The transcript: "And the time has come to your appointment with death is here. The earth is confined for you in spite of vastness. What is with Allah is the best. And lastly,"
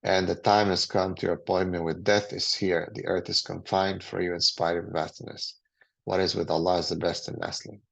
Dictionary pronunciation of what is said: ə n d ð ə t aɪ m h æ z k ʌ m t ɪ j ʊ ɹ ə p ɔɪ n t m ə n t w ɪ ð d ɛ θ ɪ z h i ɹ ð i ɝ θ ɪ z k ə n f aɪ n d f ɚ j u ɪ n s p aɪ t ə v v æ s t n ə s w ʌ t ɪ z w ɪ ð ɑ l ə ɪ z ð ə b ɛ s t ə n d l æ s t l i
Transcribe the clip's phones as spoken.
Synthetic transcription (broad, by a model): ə n ð ə t aɪ m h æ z k ʌ m t ɪ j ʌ ɹ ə p ɔɪ n m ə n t w ɪ ð d ɛ θ ɪ z h i ɹ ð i ɝ θ ɪ z k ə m f aɪ n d f ɚ j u ɪ n s p aɪ ə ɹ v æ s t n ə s w ʌ t ɪ z w ɪ ð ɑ l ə ɪ z ð ə b ɛ s t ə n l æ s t l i